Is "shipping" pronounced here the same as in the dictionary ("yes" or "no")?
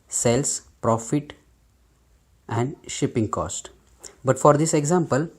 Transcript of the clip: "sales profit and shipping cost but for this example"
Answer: yes